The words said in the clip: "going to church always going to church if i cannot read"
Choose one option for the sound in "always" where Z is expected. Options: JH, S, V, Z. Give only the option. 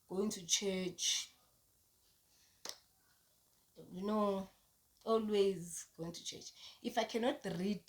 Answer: Z